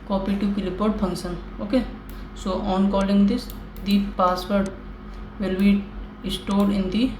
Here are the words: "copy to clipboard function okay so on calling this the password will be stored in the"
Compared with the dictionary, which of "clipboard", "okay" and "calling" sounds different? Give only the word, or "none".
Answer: clipboard